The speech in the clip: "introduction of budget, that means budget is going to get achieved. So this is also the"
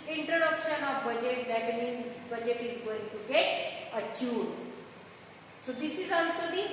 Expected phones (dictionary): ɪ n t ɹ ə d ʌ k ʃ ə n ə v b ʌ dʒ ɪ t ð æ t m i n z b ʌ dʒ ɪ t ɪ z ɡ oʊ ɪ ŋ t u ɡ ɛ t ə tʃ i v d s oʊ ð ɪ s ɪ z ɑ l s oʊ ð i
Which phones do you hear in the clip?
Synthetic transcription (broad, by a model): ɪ n t ɹ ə d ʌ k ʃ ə n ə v b ʌ dʒ ɪ t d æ t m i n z b ʌ dʒ ɪ t ɪ z ɡ oʊ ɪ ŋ t u ɡ ɛ t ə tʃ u d s oʊ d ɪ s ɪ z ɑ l s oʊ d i